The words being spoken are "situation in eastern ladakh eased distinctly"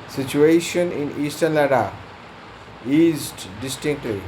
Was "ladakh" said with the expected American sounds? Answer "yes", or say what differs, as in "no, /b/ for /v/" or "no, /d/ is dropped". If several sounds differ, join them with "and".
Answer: no, /k/ is dropped